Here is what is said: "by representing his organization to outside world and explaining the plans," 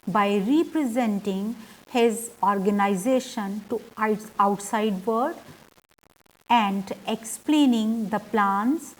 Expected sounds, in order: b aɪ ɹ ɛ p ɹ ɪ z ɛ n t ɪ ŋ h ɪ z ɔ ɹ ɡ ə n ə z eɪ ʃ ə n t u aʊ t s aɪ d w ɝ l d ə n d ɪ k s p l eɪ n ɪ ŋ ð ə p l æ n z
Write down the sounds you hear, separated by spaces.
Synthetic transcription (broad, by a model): b aɪ ɹ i p ɹ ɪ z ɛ n t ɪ ŋ h ɪ z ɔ ɹ ɡ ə n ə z eɪ ʃ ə n t u aʊ t s aɪ d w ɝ d ə n d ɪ k s p l eɪ n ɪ ŋ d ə p l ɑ n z